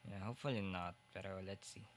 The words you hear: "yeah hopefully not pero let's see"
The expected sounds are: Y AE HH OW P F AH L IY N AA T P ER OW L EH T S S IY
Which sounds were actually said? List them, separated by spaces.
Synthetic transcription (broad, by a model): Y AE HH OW F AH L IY N AA T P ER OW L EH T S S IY